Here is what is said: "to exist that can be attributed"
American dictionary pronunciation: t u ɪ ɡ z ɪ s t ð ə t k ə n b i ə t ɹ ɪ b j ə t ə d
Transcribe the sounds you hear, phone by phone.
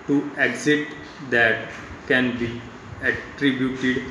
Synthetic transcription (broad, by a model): t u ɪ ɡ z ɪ t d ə t k ə n b i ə t ɹ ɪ b j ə t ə d